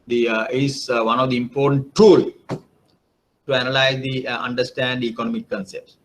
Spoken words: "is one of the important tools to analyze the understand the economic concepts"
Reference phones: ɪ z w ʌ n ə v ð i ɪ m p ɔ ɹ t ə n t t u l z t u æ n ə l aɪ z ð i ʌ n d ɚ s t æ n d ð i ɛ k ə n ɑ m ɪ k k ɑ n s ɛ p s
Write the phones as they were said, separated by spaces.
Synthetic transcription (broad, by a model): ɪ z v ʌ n ə v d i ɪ m p ɔ t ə n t t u l t u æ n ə l aɪ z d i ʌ n d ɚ s t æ n d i k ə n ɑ m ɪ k k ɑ n s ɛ p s